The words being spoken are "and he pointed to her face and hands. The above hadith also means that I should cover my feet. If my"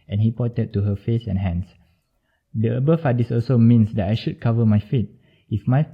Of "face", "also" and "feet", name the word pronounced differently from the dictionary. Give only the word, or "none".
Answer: none